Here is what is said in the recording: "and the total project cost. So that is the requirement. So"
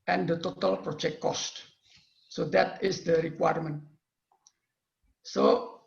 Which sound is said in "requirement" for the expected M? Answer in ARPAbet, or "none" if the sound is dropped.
M